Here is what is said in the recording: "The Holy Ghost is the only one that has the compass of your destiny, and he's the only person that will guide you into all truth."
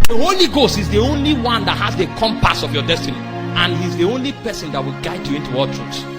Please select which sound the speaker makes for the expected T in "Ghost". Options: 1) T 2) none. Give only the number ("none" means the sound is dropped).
1